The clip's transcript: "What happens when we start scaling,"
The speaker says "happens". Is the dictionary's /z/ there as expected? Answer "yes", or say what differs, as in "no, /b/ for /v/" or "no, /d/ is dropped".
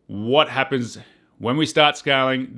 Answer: yes